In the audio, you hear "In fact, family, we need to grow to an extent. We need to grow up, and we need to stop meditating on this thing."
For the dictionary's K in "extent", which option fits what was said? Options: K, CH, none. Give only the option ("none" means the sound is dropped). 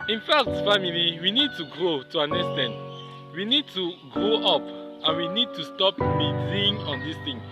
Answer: none